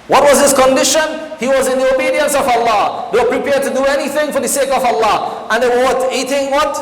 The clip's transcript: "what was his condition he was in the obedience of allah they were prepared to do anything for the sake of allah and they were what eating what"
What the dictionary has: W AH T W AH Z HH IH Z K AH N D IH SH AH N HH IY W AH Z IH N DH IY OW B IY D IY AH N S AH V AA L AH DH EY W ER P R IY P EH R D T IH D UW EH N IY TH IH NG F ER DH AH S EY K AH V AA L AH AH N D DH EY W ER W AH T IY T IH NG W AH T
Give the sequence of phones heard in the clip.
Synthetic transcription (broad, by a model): W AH T W AH Z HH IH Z K AH N D IH SH AH N HH IY W AH Z IH N DH IY OW B IY D IY AH N S AH V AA L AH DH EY W ER P R IY P EH R D T IH D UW EH N IY TH IH NG F ER DH AH S EY K AH V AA L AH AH N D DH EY W ER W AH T IY T IH NG W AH T